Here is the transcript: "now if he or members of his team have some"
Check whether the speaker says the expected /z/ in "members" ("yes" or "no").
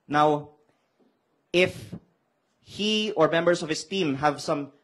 no